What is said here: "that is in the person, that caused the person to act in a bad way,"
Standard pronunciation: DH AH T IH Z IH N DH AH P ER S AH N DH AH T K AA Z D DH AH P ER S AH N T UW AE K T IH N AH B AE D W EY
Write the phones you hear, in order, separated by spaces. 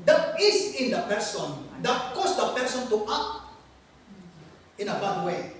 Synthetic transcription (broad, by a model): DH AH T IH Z IH N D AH P ER S AH N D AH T K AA S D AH P ER S AH N T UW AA T IH N AH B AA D W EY